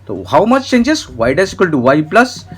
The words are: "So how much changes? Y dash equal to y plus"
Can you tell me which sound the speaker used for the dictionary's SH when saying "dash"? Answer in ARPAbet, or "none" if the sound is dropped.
S